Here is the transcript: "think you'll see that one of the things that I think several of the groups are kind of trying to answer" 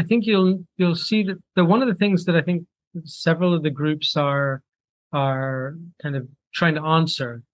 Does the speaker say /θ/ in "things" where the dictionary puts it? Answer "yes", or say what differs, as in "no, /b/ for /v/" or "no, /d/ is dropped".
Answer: yes